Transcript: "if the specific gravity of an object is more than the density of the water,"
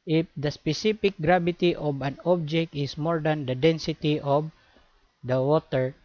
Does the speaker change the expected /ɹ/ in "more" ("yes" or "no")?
no